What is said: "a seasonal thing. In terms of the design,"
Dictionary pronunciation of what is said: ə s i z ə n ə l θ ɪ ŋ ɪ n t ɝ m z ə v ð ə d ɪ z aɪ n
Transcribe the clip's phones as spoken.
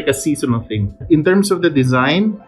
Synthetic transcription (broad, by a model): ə s i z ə n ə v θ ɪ ŋ ɪ n t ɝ m s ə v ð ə d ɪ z aɪ n